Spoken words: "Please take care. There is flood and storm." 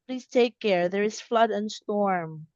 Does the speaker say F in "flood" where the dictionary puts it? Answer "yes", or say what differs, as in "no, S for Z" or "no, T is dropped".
yes